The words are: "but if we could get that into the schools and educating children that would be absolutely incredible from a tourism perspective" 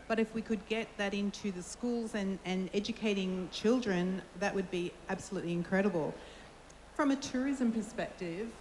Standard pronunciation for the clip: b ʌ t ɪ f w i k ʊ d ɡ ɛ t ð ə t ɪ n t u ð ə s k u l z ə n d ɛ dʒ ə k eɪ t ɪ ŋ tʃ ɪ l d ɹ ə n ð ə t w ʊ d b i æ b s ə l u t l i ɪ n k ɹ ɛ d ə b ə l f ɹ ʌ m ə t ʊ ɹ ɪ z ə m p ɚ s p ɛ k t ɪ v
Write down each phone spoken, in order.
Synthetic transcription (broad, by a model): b ʌ t ɪ f w i k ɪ d ɡ ɛ t ð ə t ɪ n t u ð ə s k u l z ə n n ɛ dʒ ə k eɪ t ɪ ŋ tʃ ɪ l d ɹ ə n ð ə t w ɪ d b i æ b s ə l u t l i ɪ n k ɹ ɛ d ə b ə l f ɹ ʌ m ə t ʊ ɹ ɪ z ə m p ɚ s p ɛ k t ɪ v